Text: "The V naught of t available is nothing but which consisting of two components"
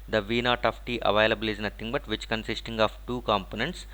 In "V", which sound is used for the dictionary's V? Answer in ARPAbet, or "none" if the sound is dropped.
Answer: V